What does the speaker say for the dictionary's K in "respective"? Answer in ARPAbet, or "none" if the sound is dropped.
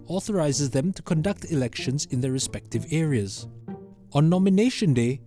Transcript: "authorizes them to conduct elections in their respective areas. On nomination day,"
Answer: K